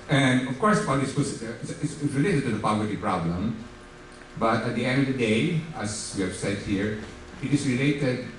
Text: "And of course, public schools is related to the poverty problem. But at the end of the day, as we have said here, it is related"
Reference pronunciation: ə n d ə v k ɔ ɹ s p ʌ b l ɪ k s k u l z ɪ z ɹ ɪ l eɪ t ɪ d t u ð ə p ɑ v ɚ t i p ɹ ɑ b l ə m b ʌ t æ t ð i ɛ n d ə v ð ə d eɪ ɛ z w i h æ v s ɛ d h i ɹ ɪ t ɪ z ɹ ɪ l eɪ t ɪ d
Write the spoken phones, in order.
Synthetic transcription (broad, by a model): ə n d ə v k ɔ ɹ s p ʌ l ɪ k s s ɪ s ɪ s ɹ ɪ l eɪ t ɪ d t u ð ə p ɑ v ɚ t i p ɹ ɑ b l ə m b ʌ t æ t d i ɛ n d ə v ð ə d eɪ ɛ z w i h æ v s ɛ d h i ɹ ɪ t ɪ s ɹ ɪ l eɪ t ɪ d